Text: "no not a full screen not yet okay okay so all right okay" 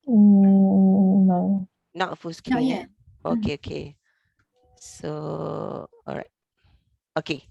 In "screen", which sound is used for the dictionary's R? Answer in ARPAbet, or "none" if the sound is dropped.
none